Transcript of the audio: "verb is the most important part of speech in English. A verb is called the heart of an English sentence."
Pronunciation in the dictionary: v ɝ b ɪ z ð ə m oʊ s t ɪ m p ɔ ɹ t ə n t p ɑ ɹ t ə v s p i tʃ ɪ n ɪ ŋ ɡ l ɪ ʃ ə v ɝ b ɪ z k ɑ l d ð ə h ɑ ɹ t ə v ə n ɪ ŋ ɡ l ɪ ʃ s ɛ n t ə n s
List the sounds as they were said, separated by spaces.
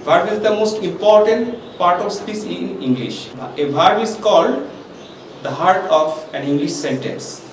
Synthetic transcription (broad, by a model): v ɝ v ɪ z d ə m oʊ s t ɪ m p ɔ ɹ t ə n t p ɑ ɹ t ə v s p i s ɪ n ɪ ŋ ɡ l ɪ ʃ ə b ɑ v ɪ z k ɑ l d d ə h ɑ ɹ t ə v ə n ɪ ŋ ɡ l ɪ ʃ s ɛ n t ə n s